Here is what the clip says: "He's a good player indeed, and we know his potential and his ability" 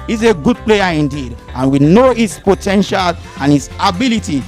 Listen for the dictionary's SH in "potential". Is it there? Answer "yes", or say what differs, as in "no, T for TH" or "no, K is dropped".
yes